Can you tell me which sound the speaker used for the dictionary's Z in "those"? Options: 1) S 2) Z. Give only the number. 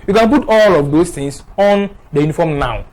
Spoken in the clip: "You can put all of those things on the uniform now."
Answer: 1